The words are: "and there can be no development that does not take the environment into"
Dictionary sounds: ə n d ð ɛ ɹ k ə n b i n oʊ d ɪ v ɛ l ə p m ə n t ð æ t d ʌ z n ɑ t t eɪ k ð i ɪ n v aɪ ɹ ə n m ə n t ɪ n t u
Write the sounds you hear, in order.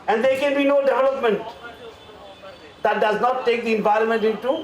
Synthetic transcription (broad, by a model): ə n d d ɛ ɹ k ə n b i n oʊ d ɪ v ɛ l ə p m ə n t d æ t d ʌ z n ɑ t t eɪ k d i ɪ n v aɪ ɹ ə n m ə n t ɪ n t u